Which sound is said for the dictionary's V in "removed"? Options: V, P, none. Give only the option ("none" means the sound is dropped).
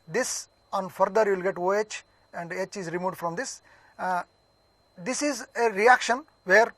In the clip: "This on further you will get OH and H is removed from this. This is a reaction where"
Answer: none